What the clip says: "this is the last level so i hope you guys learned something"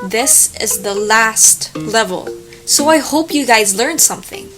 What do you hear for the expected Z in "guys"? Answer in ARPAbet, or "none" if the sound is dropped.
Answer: Z